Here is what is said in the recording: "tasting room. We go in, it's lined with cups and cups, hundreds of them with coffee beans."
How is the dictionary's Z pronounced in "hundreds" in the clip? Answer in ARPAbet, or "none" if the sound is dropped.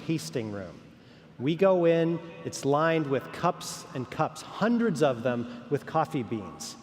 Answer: Z